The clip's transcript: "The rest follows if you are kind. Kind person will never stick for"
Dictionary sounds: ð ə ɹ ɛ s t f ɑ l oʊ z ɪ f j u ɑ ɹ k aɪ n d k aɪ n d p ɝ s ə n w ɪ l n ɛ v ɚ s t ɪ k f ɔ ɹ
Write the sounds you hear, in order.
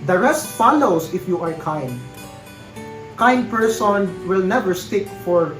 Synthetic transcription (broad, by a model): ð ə ɹ ɛ s t f ɑ l oʊ s ɪ f j u ɑ ɹ k aɪ n d k aɪ n d p ɝ s ə n w ɪ l n ɛ v ɚ s t ɪ k f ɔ ɹ